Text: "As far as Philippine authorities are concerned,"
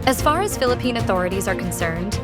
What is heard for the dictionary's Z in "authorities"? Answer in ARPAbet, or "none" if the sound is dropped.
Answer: Z